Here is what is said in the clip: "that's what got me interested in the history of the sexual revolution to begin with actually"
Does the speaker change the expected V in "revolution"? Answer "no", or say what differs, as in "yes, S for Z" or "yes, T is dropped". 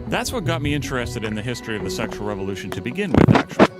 no